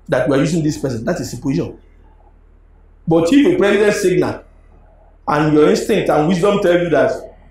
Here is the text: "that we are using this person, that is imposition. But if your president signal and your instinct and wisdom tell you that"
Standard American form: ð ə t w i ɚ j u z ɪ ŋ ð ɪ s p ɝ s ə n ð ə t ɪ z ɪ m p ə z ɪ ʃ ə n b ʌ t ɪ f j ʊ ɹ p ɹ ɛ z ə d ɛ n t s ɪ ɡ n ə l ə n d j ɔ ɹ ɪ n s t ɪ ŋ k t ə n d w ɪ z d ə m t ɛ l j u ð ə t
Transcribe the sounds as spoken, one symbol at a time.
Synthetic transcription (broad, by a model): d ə t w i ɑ j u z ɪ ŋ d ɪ s p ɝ s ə n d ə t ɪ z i p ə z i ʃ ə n b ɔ t ɪ f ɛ p ɹ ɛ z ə d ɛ n t s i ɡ n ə l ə n j ɔ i n s t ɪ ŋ k t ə n w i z d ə m t ɛ l j u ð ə t